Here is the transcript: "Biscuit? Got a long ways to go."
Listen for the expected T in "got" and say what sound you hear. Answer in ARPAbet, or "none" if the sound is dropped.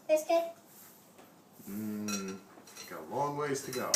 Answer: none